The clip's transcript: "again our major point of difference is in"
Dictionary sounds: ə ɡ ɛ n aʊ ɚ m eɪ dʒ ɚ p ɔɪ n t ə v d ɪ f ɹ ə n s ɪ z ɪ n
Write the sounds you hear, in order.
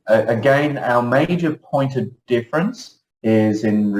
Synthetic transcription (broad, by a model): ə ɡ ɛ n aʊ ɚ m eɪ dʒ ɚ p ɔɪ n t ə v d ɪ f ɹ ə n s ɪ z ɪ n